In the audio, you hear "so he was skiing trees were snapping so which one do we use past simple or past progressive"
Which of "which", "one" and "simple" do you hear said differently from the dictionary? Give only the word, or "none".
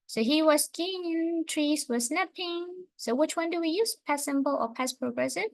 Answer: simple